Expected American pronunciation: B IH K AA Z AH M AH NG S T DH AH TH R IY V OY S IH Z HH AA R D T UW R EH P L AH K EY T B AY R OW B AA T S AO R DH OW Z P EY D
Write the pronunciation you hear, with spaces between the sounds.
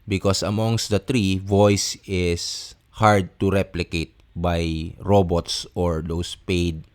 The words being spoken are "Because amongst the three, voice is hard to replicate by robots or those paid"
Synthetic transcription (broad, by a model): B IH K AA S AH M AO NG S T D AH T R IY V OY S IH S HH AA R D T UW R EH P L AH K EY T B AY R OW B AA T S AO R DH OW S P EY D